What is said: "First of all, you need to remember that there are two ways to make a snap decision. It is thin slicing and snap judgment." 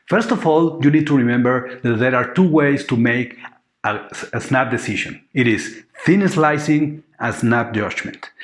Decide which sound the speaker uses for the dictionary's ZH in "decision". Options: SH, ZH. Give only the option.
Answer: SH